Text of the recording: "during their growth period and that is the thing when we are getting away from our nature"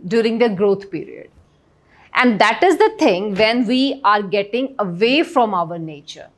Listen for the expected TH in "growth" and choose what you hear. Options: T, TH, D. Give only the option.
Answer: T